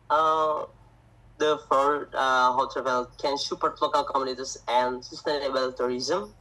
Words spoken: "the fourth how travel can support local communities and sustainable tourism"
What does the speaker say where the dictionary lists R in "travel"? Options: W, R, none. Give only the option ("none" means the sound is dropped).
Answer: none